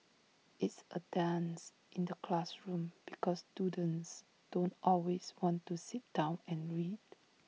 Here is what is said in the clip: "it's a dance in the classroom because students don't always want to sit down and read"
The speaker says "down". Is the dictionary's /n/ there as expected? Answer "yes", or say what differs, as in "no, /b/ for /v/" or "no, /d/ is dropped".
yes